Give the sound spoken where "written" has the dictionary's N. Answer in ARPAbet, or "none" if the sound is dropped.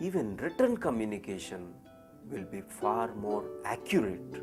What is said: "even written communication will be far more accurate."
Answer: N